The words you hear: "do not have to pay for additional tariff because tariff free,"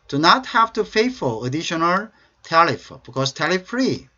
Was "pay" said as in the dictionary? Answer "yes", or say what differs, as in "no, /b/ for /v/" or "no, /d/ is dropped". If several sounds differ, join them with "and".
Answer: no, /f/ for /p/